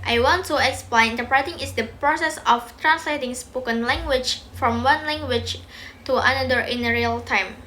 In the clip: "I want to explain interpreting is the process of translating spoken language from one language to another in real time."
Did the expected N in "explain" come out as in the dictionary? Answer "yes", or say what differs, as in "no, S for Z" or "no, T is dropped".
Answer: no, N is dropped